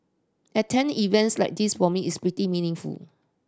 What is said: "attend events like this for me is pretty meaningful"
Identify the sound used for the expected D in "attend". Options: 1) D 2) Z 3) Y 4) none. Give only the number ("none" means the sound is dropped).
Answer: 4